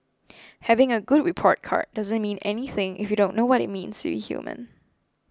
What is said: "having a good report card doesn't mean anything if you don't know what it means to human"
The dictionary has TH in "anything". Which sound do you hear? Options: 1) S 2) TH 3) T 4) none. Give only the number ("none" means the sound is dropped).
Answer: 2